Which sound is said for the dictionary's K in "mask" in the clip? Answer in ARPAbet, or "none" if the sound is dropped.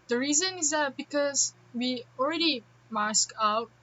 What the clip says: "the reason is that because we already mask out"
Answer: K